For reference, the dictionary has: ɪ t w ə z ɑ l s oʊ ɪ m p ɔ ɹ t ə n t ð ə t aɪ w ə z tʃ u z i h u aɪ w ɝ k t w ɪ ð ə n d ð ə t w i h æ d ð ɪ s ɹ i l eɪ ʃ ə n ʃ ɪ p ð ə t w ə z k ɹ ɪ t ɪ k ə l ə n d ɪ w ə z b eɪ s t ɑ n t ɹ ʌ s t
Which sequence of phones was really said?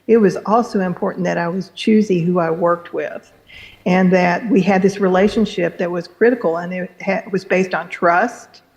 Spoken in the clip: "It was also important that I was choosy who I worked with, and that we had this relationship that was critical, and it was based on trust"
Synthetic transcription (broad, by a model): ɪ t w ə z ɑ l s oʊ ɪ m p ɔ ɹ t n ð ə t aɪ w ə z tʃ u z i h u aɪ w ɝ k t w ɪ ð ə n ð ə t w i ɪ d ð ɪ s ɹ i l eɪ ʃ ə n ʃ ɪ p ð ə t w ə z k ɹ ɪ t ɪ k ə n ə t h ɪ w ə z b eɪ s t n t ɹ ʌ s t